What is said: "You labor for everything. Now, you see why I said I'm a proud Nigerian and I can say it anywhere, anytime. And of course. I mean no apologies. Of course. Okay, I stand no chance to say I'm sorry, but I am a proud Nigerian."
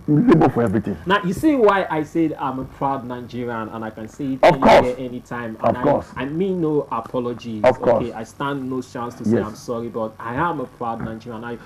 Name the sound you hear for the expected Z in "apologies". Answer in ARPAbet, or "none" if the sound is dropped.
none